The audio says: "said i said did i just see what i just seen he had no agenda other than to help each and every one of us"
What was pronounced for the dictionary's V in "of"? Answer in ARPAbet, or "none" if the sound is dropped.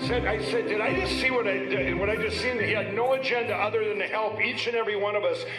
V